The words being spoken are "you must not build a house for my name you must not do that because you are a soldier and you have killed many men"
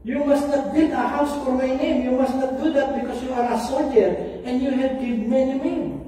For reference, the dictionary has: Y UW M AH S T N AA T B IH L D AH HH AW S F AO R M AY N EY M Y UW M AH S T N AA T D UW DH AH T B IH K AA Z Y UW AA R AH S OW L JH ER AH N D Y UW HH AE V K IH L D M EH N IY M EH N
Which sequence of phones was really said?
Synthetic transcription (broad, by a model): Y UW M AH S T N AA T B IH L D AH HH AW S F AO R M AY N EY M Y UW M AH S T N AA T D UW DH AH T B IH K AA S Y UW AA R AH S OW L JH ER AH N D Y UW HH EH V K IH D M EH N IY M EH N